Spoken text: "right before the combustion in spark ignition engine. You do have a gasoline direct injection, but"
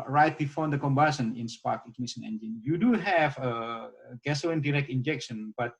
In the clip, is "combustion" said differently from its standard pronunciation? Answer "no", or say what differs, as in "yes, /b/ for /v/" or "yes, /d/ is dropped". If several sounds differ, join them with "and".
yes, /tʃ/ is dropped